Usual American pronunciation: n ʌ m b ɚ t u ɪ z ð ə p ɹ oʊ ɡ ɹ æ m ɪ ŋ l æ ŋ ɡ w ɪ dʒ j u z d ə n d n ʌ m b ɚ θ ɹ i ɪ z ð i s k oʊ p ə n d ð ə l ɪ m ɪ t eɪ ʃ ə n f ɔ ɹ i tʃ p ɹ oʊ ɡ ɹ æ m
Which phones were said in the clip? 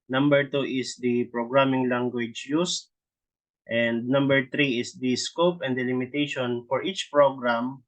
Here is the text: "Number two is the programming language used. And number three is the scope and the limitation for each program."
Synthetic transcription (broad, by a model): n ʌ m b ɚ t u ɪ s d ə p ɹ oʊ ɡ ɹ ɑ m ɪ ŋ l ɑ ŋ ɡ w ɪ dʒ j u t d ə n d n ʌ m b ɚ t ɹ i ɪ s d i s k oʊ p ə n d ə l ɪ m ɪ t eɪ ʃ ə n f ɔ ɹ i tʃ p ɹ oʊ ɡ ɹ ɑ m